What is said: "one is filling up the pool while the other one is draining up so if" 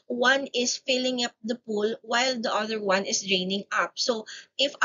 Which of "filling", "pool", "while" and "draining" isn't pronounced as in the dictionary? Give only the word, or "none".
none